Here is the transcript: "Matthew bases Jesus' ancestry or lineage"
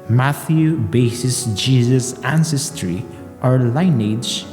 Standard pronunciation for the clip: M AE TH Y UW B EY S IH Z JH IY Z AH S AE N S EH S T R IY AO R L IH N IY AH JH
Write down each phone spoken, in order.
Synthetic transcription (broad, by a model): M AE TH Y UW B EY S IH S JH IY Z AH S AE N S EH S T R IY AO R L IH N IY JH